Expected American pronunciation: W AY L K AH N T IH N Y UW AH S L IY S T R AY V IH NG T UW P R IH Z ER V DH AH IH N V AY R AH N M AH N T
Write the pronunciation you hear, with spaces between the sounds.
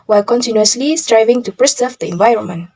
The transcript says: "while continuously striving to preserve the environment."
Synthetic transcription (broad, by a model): W AY L K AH N T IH N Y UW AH S L IY S T R AY V IH NG T UW P R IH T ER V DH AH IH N V AY R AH N M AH N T